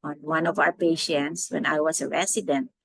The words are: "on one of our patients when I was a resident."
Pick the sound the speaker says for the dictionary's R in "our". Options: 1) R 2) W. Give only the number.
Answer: 1